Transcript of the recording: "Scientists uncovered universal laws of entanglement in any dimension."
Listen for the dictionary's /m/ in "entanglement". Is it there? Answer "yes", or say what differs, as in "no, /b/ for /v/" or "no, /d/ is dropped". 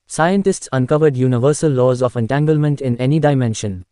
yes